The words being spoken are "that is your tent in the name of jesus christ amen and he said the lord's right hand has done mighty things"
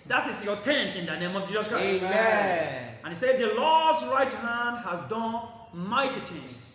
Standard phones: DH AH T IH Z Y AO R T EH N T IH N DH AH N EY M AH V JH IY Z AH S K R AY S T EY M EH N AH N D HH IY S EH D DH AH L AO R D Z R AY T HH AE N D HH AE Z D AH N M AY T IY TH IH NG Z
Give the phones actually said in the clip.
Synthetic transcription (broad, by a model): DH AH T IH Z Y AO T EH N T IH N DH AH N EY M AH V JH IY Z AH S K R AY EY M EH AH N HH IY S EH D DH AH L AO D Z R AY T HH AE N D HH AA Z D AH N M AY T IY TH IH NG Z